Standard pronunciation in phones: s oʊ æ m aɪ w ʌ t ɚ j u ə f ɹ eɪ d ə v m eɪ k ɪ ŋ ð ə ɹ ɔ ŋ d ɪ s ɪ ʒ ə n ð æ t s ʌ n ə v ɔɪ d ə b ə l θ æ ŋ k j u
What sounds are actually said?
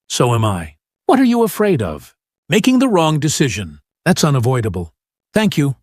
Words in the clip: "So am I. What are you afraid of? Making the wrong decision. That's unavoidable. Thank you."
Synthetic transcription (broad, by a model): s oʊ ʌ m aɪ w ʌ t ɚ j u ə f ɹ eɪ d ə v m eɪ k ɪ ŋ ð ə ɹ ɔ ŋ d ɪ s ɪ ʒ ə n ð æ t s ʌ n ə v ɔɪ d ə b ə l θ æ ŋ k j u